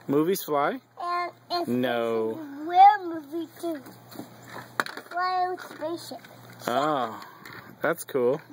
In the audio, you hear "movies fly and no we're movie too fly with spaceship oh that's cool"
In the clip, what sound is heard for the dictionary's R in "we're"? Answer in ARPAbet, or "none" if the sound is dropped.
L